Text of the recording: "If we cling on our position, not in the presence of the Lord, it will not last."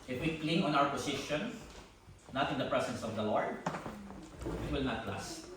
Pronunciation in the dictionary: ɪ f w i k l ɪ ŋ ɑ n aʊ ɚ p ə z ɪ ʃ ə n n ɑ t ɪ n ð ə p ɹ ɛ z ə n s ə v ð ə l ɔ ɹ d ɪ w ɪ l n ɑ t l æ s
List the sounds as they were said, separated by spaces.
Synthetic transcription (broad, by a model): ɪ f w i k l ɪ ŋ ɑ n aʊ ɚ p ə s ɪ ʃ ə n n ɑ t ɪ n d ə p ɹ ɛ s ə n s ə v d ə l ɔ ɹ d ɪ w ɪ l n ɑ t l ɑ s